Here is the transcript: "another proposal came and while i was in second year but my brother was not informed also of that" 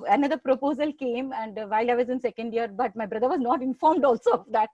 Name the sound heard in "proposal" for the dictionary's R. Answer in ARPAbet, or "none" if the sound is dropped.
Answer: R